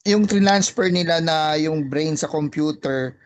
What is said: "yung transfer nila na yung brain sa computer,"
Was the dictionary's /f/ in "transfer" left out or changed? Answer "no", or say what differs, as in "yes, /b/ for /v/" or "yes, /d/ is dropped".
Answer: yes, /p/ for /f/